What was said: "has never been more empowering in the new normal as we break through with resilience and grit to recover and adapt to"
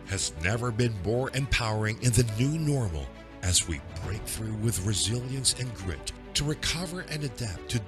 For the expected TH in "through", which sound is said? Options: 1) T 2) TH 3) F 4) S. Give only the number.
2